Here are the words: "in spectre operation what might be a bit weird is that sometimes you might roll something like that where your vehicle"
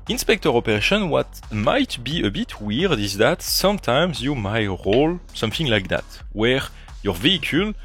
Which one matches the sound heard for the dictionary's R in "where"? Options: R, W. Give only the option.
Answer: R